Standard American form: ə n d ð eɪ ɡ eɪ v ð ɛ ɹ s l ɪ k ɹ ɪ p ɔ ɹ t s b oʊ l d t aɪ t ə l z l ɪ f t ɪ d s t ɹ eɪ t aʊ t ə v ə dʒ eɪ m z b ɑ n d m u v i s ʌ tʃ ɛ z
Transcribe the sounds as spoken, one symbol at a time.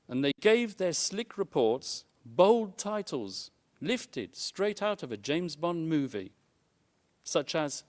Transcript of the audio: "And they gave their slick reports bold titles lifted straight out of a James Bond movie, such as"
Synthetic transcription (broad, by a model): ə n ð eɪ ɡ eɪ v ð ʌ ɹ s l ɪ k ɹ ɪ p ɔ ɹ t s b oʊ l d t aɪ t l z l ɪ f t ɪ d s t ɹ eɪ t aʊ t ə v ə dʒ eɪ m z b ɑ n m u v i s ʌ tʃ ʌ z